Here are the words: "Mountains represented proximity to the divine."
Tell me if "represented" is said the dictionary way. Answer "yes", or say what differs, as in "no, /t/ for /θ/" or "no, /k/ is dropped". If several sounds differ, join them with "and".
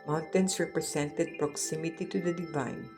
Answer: no, /s/ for /z/